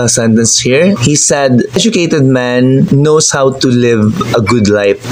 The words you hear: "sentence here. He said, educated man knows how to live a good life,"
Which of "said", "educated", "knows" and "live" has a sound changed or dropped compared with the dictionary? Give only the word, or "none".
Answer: knows